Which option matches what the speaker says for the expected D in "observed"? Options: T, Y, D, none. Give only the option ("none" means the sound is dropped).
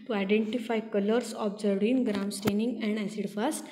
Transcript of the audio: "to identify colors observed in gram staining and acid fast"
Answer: none